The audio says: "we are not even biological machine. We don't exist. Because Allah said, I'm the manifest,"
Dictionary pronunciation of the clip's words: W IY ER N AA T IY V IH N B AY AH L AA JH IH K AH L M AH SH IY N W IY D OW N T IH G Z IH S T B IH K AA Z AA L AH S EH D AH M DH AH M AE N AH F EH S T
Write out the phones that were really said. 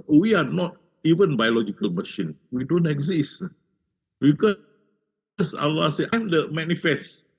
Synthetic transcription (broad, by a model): W IY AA N AA T IY V IH N B AY AH L AA JH IH K AH L M AH SH IY N W IY D OW N T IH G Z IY S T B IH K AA S AA L AH S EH AH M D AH M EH N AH F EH S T